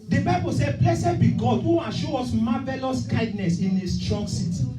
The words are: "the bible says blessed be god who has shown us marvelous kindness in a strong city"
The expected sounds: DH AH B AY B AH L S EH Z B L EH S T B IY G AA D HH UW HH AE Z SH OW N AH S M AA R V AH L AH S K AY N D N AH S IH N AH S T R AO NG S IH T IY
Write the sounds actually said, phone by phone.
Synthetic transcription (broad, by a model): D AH B AY B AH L S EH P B L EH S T B IY G AA D HH UW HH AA SH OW AO S M AA V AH L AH S K AY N D N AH S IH N AH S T R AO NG S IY T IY